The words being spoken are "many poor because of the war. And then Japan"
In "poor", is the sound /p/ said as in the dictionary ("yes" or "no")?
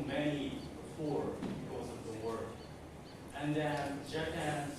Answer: no